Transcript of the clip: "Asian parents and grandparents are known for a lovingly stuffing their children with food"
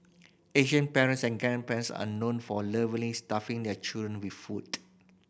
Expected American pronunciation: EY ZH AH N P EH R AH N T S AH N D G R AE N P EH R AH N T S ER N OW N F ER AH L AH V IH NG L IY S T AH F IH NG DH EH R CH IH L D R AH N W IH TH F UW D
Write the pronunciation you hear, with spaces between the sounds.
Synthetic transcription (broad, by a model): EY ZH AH N P EH R AH N T S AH N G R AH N P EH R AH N S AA N OW N F AH L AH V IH L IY S T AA F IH NG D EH CH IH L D R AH N W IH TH F UW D